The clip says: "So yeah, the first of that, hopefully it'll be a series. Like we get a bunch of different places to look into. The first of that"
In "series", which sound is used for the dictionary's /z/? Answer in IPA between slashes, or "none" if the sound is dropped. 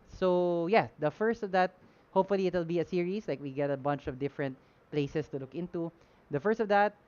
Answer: /s/